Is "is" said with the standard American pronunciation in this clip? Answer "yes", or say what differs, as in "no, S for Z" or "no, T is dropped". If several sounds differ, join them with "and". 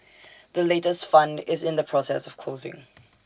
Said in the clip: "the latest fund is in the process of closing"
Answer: yes